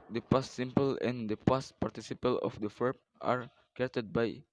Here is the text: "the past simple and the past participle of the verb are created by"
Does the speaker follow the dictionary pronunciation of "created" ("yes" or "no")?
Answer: no